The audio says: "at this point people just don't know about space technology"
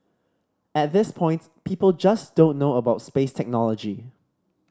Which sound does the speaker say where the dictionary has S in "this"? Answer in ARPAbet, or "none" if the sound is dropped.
S